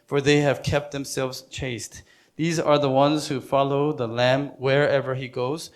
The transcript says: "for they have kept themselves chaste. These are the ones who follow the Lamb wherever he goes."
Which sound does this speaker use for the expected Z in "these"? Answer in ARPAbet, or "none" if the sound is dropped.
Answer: Z